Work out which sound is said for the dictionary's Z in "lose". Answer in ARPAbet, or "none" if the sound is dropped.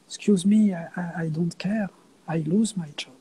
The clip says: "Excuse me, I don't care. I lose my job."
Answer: Z